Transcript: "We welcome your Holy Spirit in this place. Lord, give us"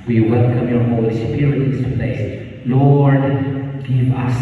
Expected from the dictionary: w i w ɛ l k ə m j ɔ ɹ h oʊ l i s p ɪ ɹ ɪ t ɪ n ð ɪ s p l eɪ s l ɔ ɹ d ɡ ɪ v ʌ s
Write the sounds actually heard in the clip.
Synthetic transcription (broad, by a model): w i w ɛ l k ə m j ɔ ɹ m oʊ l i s ɪ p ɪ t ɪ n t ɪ p l eɪ s l ɔ ɹ d ɡ ɪ v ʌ s